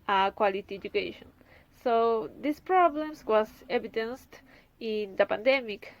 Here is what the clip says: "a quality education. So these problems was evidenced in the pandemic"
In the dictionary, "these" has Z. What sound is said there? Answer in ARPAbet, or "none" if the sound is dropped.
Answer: S